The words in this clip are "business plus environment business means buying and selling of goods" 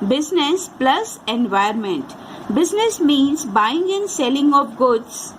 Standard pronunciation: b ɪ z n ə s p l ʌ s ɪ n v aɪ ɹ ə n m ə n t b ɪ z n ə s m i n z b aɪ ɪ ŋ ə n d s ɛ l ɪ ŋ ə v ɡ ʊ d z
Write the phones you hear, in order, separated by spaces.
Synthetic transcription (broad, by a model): b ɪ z n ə s p l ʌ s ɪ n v aɪ ə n m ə n t b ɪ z n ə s m i n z b aɪ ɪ ŋ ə n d s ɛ l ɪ ŋ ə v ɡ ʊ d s